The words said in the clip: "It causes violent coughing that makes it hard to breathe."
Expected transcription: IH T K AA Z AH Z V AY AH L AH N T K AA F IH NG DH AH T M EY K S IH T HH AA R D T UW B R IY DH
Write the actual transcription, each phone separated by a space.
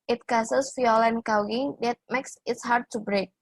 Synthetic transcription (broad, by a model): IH T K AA S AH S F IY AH L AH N K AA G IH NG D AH T M EY K S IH T HH AA R D T UW B R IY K